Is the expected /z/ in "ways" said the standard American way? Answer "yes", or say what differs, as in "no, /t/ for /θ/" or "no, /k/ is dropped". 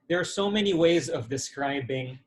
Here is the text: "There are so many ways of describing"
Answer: yes